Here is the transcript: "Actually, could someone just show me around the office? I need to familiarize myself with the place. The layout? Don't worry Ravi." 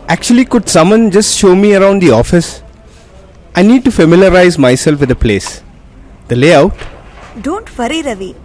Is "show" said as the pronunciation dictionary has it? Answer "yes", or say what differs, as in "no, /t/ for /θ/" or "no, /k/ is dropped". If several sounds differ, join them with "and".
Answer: yes